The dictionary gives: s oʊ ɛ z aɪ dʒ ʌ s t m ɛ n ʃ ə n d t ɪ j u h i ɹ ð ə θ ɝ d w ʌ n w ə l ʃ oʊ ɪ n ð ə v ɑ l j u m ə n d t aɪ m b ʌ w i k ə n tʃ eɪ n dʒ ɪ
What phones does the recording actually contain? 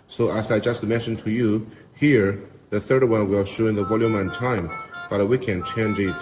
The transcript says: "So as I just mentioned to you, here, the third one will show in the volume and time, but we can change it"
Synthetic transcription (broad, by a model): s oʊ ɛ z aɪ dʒ ʌ s t m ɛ n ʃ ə n t ɪ j u h i ɹ ð ə θ ɝ d w ʌ n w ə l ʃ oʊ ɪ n ð ə v ɑ l j u m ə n t aɪ m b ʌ w i k ə n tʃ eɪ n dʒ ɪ